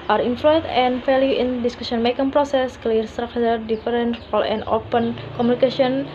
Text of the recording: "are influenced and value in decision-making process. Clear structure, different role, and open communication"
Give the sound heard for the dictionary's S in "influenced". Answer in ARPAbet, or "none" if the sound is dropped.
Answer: none